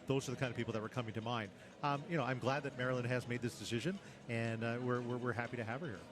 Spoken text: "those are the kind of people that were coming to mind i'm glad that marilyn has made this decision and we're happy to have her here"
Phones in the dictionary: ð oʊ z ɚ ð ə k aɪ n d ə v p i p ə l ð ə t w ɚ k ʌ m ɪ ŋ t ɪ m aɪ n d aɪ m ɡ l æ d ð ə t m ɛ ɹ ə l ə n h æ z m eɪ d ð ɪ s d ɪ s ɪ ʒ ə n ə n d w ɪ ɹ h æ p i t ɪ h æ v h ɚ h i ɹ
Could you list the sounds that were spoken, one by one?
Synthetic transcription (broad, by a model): ð oʊ z ɚ ð ə k aɪ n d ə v p i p l ð ə t w ɚ k ʌ m ɪ ŋ t ɪ m aɪ n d aɪ m ɡ l æ d ð ə t m ɛ ɹ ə l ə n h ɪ z m eɪ d ð ɪ s d ɪ s ɪ ʒ ə n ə n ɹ w ɪ ɹ h æ p i t ɪ h æ v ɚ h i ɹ